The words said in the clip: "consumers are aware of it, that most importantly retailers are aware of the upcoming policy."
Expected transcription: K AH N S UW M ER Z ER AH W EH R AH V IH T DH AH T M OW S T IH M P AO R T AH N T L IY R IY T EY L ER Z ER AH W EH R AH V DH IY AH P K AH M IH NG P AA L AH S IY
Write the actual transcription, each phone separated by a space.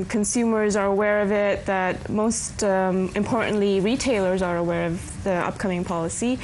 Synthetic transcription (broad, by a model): K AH N S UW M ER Z ER AH W EH R AH V IH T DH AH T M OW S T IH M P AO R T N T L IY R IY T EY L ER Z ER AH W EH R AH V DH IY AH P K AH M IH NG P AA L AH S IY